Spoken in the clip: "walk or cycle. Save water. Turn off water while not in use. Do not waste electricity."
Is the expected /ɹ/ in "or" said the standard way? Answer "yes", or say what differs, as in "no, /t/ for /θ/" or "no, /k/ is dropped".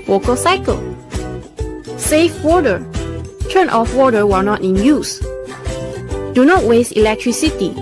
no, /l/ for /ɹ/